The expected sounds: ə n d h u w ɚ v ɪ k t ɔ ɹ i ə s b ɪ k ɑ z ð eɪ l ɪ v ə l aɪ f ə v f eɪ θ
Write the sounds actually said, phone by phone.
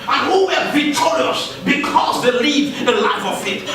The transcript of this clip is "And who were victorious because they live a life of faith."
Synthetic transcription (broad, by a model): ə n h u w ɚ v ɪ t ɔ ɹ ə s b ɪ k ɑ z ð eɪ l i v ə l aɪ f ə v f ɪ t